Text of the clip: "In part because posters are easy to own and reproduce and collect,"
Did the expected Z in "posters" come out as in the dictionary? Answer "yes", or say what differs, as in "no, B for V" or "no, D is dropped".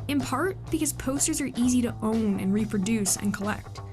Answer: yes